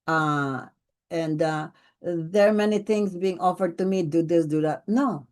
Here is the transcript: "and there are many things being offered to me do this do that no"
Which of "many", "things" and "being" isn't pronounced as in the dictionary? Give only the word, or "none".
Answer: things